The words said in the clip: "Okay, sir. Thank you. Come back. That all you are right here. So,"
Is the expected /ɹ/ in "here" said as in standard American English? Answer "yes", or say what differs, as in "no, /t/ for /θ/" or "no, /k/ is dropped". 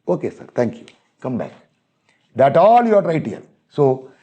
no, /l/ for /ɹ/